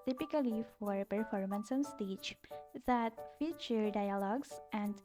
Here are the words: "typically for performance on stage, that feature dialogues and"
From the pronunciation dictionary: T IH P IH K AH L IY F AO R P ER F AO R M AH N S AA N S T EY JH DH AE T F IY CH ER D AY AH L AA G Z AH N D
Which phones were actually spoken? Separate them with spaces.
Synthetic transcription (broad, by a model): T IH P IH K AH L IY F AO R P ER F AO R M AH N S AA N S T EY CH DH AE T F IY CH ER D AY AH L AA G S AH N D